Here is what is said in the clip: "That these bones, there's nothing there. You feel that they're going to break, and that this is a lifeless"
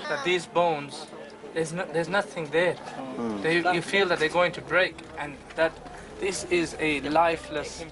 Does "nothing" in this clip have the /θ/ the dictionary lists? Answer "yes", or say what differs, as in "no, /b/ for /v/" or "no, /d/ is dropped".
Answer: yes